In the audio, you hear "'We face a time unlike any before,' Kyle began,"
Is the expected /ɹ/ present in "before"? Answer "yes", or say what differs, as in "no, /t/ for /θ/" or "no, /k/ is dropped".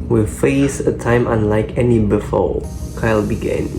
no, /l/ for /ɹ/